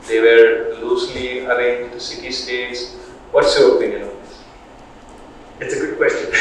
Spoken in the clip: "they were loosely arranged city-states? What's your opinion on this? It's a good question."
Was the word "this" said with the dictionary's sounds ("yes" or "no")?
no